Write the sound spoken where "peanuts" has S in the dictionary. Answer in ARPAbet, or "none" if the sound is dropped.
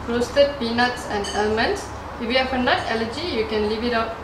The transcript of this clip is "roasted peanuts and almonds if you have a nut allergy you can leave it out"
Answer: S